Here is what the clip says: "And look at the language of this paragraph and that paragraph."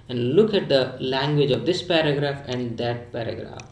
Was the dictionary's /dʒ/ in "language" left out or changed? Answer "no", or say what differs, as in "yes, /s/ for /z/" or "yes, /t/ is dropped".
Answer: no